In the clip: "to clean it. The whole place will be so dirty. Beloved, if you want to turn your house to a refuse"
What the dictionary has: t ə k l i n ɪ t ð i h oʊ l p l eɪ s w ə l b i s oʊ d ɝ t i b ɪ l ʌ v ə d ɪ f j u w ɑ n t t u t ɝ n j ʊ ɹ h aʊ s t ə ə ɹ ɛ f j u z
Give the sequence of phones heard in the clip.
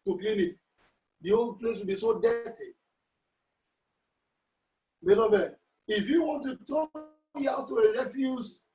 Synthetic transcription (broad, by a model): t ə k l i n ɪ t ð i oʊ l p l eɪ s w ə l b i s oʊ d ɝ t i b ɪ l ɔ b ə ɪ f j u w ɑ n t t u t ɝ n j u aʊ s t ə ə ɹ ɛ f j u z